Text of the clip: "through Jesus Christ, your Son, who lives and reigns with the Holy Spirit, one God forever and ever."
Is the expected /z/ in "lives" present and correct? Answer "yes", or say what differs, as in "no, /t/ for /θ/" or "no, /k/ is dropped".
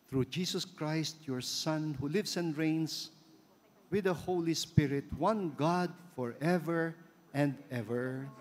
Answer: no, /s/ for /z/